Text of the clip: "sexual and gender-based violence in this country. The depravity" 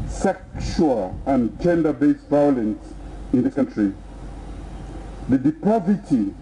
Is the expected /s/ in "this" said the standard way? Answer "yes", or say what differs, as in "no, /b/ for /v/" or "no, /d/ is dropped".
no, /s/ is dropped